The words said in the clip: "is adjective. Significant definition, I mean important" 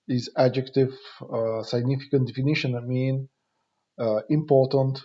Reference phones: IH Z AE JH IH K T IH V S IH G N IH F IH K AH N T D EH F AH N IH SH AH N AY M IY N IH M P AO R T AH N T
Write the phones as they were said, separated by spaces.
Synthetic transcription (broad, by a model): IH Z AE JH IH K T IH V S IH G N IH F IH K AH N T D EH F AH N IH SH AH N AY M IY N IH M P AO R T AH N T